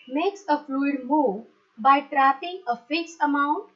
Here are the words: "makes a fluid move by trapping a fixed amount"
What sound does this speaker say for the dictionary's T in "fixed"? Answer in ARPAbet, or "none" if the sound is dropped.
none